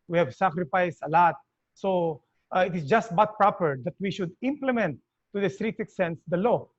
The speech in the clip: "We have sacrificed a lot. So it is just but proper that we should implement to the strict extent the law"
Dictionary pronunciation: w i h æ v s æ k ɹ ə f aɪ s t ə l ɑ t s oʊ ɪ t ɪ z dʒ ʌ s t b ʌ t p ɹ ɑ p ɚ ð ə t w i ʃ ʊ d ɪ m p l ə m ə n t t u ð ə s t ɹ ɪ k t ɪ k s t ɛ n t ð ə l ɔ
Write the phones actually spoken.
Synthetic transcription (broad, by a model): w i h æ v s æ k ɹ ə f aɪ s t ə l ɑ t s oʊ ɪ t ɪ s dʒ ʌ s t b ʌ t p ɹ ɑ p ɚ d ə t w i ʃ ʊ d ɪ m p l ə m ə n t t u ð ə s t ɹ ɪ k t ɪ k s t ɛ n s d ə l ɔ